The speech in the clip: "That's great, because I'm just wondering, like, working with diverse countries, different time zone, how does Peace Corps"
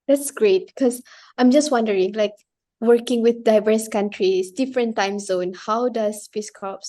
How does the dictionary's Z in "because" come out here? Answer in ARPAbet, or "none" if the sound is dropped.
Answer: none